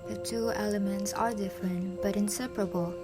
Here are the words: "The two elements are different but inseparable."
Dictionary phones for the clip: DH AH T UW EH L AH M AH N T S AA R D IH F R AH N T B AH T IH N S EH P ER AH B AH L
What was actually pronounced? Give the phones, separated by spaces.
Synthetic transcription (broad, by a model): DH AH T UW EH L AH M AH N T S AA R D IH F R AH N T B AH T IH N S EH P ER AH B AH L